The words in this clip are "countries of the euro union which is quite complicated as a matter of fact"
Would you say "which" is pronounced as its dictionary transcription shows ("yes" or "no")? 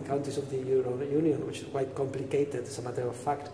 yes